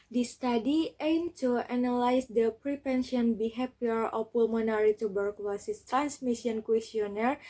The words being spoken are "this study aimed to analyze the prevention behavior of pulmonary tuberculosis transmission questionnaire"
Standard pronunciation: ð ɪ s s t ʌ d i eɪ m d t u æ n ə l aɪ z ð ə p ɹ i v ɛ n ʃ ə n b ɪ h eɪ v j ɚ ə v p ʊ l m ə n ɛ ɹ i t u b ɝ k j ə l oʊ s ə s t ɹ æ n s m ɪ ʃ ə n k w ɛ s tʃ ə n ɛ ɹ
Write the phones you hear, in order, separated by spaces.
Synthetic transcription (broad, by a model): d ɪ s s t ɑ d i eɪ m t u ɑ n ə l aɪ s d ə p ɹ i p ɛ n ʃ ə n b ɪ h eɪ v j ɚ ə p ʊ l m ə n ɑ ɹ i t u b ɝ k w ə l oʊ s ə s t ɹ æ n s m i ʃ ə n k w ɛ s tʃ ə n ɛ ɹ